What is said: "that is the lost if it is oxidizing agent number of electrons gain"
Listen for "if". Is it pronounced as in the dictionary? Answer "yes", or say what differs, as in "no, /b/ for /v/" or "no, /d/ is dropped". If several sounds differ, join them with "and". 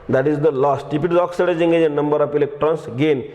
no, /p/ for /f/